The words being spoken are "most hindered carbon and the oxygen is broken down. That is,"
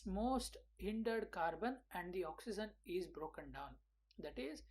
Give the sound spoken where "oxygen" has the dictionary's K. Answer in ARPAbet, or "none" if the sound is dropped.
K